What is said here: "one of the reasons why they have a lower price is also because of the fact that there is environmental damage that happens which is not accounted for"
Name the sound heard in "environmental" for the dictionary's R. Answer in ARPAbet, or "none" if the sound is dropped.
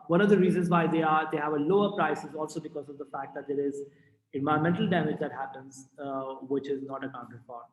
none